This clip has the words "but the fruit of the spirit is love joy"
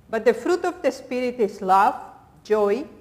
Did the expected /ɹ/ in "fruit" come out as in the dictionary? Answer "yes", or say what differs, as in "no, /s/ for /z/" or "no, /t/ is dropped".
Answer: yes